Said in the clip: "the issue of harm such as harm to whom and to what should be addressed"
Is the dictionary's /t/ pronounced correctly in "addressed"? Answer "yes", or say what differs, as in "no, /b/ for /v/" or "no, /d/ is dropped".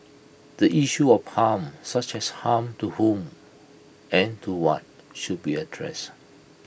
no, /t/ is dropped